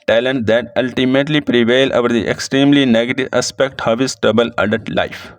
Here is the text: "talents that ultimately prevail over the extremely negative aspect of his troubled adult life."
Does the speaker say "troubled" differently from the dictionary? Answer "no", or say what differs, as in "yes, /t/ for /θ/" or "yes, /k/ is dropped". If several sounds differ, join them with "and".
yes, /ɹ/ is dropped and /d/ is dropped